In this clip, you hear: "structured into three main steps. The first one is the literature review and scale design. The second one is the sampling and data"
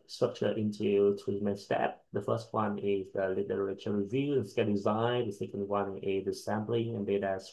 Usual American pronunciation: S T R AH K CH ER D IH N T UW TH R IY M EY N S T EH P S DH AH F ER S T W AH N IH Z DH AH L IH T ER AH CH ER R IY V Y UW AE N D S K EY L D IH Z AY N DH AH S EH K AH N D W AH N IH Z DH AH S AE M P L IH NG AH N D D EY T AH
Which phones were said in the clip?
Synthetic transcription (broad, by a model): S T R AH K CH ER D IH N T UW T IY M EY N S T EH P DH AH F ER S T W AH N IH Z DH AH L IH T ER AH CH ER R IY V Y UW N S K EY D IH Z AY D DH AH S EH K AH N D W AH N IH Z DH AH S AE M B L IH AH N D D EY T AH